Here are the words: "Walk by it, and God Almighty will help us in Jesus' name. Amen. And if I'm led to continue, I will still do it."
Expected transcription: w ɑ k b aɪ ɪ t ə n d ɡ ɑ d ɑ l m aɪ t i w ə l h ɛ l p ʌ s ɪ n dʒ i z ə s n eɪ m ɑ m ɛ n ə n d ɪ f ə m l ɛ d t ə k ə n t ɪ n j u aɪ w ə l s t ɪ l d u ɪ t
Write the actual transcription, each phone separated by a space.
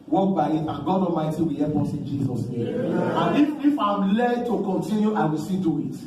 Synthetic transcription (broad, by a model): w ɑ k b aɪ ɪ t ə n ɡ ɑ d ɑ m aɪ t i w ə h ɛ p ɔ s ɪ n dʒ i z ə s n eɪ m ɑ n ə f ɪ f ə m l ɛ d t ə k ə n t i n j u aɪ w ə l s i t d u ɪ t